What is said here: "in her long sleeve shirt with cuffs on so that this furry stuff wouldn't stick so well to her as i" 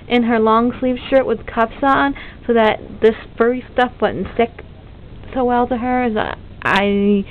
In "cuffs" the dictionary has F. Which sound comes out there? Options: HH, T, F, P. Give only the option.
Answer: P